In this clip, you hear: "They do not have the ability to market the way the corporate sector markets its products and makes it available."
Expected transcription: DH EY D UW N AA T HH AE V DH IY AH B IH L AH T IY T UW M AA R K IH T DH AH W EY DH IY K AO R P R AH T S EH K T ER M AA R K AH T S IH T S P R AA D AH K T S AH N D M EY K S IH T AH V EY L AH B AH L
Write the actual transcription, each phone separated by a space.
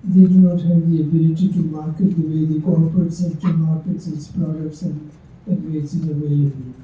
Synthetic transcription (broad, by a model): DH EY D UW N AA T HH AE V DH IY AH B IH L AH T IY T UW M AA R K IH T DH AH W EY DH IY K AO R P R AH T S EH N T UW M AA R K AH T S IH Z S P R AA D AH K T S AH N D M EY S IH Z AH V EY L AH B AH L